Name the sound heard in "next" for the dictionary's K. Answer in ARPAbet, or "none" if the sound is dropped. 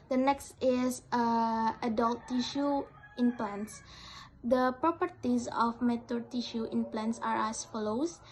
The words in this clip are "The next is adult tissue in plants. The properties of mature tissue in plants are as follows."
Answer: K